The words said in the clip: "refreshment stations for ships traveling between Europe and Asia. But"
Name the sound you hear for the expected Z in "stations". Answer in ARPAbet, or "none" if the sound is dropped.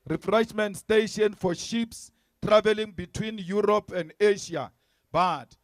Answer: none